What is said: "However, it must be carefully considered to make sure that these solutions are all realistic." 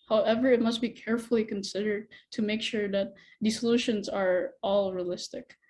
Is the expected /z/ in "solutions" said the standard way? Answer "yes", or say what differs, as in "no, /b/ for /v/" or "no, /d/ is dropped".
yes